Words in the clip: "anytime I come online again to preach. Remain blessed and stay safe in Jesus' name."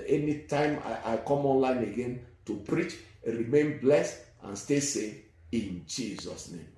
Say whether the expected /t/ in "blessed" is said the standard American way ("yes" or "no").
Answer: yes